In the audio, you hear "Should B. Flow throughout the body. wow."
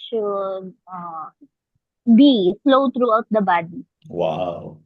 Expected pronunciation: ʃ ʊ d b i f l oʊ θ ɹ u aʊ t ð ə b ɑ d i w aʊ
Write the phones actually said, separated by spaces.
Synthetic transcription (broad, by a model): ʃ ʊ b i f l oʊ t ɹ u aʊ t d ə b ɑ d i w aʊ